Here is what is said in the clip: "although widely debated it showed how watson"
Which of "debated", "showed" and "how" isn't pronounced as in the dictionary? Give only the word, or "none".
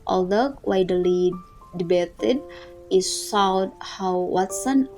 showed